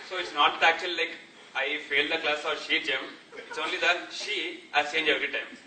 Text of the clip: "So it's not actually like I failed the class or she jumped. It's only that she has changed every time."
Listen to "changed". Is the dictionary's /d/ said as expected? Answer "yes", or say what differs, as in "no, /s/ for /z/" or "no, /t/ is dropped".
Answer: no, /d/ is dropped